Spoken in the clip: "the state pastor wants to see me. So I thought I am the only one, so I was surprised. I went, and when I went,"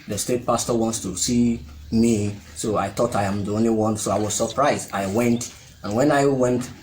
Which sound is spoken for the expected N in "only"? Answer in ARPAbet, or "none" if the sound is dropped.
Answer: N